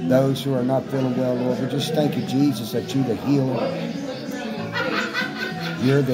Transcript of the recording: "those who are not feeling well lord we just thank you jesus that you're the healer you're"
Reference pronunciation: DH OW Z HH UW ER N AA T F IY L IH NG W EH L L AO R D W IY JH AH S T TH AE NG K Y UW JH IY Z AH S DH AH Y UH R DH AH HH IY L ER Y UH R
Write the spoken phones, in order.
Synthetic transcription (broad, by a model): DH OW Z HH UW ER N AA T F IY L IH NG W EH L L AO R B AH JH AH S TH AE NG K Y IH JH IY Z AH S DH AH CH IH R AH HH IY L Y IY R